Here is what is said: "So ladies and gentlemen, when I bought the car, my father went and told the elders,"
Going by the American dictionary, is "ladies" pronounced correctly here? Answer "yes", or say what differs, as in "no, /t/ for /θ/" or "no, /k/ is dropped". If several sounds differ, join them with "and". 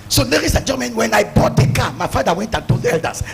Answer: no, /s/ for /z/